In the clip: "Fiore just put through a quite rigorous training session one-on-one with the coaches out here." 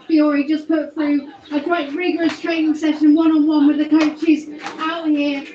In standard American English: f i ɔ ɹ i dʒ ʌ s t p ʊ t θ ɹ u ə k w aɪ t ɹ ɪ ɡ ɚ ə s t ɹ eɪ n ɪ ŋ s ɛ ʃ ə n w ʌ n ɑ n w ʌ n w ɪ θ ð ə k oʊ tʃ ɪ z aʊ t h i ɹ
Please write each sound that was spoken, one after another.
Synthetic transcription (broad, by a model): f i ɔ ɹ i dʒ ʌ s p ʊ t θ ɹ u ə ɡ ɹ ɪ t ɹ ɪ ɡ ɚ ə s t ɹ eɪ n ɪ ŋ s ɛ ʃ ə n w ʌ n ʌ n w ʌ n w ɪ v ð ə k oʊ tʃ ɪ z aʊ t h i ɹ